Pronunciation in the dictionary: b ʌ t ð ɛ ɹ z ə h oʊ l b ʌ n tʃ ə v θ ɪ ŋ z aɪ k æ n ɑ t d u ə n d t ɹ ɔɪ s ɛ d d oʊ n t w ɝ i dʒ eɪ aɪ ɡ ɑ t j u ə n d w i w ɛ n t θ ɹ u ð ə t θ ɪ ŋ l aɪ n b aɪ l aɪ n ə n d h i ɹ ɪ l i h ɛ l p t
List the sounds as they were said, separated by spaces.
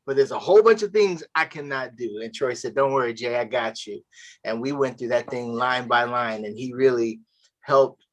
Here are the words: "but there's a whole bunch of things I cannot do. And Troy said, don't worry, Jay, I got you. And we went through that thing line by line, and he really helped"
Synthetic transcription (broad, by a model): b ʌ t ð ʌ ɹ z ə h oʊ l b ʌ n tʃ ə v θ ɪ ŋ z aɪ k æ n ɑ t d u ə n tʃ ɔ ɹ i s ɛ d d oʊ n t w ɝ i dʒ eɪ aɪ ɡ ɑ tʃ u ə n w i w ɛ n θ ɹ u ð ə t θ ɪ ŋ l aɪ n b aɪ l aɪ n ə n i ɹ ɪ l i h ɛ l p t